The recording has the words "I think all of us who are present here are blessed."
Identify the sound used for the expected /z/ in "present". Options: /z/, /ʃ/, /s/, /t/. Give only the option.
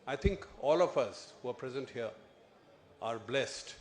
/z/